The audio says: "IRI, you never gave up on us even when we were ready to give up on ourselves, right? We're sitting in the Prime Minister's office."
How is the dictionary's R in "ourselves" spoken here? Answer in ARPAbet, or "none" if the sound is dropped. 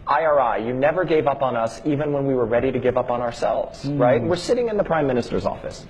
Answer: R